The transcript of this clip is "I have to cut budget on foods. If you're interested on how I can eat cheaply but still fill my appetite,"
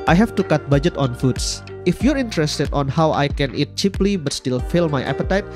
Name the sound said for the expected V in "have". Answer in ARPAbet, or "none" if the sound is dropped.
F